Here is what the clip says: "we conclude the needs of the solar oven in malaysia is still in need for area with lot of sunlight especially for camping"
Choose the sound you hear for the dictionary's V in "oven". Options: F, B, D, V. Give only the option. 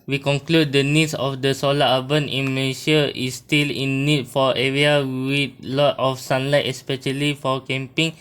B